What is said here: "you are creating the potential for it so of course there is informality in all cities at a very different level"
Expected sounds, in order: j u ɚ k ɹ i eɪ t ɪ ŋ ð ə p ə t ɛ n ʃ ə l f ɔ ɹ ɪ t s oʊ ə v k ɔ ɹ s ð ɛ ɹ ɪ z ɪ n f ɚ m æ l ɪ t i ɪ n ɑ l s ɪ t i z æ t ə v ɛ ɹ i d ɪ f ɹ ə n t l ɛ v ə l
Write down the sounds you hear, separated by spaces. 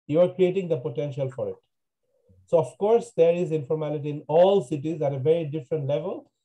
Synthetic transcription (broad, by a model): j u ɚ k ɹ i eɪ t ɪ ŋ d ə p ə t ɛ n ʃ ə l f ɔ ɹ ɪ t s oʊ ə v k ɔ ɹ s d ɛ ɹ ɪ z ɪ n f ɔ m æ l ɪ t i ɪ n ɑ l s ɪ t i z æ t ə v ɛ ɹ i d ɪ f ɹ ə n t l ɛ v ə l